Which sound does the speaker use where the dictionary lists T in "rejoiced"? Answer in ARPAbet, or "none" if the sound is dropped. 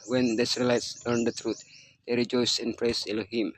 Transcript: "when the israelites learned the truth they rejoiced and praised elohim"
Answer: none